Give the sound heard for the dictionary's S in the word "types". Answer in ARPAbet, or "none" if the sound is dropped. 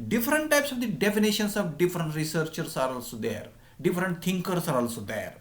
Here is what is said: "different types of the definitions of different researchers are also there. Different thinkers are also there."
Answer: S